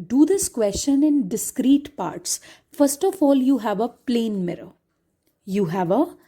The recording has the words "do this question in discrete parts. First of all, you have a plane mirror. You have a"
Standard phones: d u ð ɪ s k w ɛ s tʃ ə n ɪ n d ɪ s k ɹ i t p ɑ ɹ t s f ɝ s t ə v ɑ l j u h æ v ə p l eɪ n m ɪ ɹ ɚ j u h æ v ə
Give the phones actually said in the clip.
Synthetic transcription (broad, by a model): d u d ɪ s k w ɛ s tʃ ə n ɪ n d ɪ s k ɹ i t p ɑ ɹ t s f ɝ s t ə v ɑ l j u h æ v ə p l eɪ n m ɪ ɹ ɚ j u h æ v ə